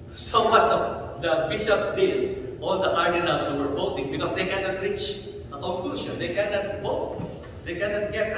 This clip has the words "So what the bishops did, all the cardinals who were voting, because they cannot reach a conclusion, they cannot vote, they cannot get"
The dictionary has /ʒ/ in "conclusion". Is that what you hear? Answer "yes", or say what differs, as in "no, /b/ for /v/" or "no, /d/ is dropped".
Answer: no, /ʃ/ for /ʒ/